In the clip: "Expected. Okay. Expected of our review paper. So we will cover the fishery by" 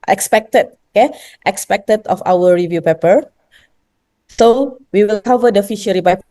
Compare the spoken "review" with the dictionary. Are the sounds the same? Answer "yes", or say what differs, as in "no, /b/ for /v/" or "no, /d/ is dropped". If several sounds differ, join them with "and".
yes